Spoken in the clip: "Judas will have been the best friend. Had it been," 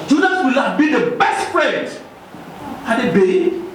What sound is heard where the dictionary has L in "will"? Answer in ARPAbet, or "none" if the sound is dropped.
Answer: L